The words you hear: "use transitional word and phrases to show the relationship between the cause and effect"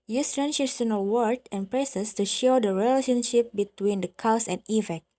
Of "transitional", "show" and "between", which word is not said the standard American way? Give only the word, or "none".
transitional